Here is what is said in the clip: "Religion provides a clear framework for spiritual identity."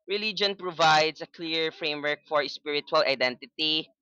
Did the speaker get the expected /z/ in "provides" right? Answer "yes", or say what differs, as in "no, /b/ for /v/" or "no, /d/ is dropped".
no, /s/ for /z/